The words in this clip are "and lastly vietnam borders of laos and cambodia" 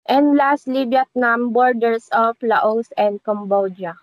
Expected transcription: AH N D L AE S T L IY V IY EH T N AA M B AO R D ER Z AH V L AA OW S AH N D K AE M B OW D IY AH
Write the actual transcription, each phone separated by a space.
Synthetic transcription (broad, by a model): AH N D L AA S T L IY B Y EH T N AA M B AO R D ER S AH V L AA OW S AH N D K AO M B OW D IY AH